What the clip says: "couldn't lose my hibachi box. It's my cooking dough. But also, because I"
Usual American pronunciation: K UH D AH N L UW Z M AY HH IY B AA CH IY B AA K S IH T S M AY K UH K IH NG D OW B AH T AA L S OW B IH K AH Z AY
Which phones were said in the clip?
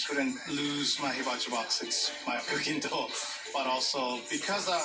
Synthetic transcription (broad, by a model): K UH D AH N L UW Z M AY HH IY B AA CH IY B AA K S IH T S M AY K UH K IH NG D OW B AH T AA L S OW B IH K AH Z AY